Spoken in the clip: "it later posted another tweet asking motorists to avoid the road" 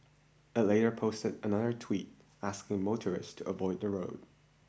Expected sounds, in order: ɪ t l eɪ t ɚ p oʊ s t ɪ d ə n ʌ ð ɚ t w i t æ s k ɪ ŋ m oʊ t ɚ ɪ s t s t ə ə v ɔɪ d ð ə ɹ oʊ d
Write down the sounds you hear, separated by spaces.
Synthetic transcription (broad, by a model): ɪ t l eɪ t ɚ p oʊ s t ɪ d ə n ʌ ð ɚ t w i t æ s k ɪ ŋ m oʊ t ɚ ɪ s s t ə ə v ɔɪ d ð ə ɹ oʊ d